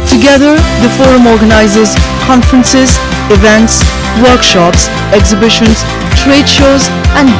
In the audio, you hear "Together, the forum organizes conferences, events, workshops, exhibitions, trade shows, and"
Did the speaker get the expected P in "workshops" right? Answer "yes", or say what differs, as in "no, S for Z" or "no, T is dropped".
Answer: yes